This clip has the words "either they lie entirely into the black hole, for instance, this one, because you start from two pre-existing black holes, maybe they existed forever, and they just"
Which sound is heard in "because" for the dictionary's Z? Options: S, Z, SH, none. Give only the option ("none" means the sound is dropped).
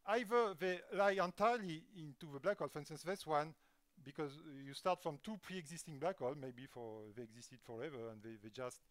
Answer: Z